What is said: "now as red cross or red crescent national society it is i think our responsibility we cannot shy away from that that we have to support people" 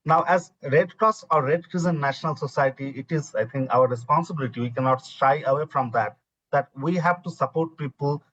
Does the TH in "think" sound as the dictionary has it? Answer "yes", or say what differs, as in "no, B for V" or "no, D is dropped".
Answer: no, T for TH